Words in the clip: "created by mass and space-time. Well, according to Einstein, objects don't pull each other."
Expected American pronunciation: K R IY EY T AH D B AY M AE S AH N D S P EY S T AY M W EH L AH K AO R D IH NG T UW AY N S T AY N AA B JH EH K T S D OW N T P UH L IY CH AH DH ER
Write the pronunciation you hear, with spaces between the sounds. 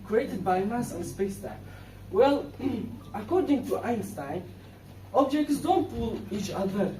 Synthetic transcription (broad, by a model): K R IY EY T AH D B AY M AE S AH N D S P EY S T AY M W EH L AH K AO R D IH NG T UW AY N S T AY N AA B JH EH K T S D OW N T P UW L IY CH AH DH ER